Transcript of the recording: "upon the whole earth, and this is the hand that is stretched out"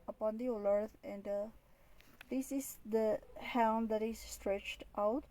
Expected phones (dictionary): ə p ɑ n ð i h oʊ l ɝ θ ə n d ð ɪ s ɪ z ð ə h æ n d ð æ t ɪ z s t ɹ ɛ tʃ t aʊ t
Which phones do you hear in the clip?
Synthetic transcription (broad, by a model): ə p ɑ n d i h oʊ l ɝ t ə n d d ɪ s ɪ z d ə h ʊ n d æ t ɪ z s t ɹ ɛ tʃ t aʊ t